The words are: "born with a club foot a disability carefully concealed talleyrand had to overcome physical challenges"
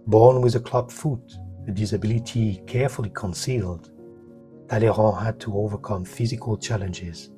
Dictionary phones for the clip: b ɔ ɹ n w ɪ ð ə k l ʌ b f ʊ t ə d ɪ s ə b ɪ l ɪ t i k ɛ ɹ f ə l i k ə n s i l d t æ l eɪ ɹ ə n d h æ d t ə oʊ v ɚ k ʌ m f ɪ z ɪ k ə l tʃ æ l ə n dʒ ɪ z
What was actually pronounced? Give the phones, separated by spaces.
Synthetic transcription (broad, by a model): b ɔ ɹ n w ɪ ð ə k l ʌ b f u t ə d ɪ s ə b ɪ l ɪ t i k ɛ ɹ f ə l i k ə n s i l d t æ l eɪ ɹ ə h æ d t ə oʊ v ɚ k ʌ m f ɪ z ɪ k ə l tʃ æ l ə n dʒ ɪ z